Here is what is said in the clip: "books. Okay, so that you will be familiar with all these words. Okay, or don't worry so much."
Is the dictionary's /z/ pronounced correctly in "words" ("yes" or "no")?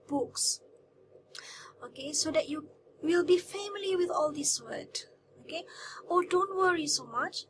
no